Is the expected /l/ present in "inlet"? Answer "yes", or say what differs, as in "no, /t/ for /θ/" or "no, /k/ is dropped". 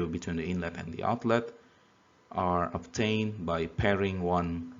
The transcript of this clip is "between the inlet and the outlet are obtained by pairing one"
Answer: yes